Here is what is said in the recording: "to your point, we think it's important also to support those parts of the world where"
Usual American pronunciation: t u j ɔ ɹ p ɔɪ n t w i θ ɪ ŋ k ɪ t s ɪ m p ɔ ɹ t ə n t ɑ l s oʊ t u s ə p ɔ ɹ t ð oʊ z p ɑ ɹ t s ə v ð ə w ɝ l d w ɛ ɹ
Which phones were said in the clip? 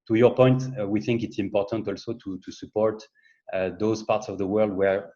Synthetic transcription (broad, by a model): t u j ɔ ɹ p ɔɪ n t w i θ ɪ ŋ k ɪ t s ɪ m p ɔ ɹ t ə n t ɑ l s oʊ t u s ə p ɔ ɹ t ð oʊ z p ɑ ɹ t s ə v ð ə w ɝ l d w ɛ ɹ